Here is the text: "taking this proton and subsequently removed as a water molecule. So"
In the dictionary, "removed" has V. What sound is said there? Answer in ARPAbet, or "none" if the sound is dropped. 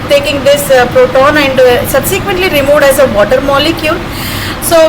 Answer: V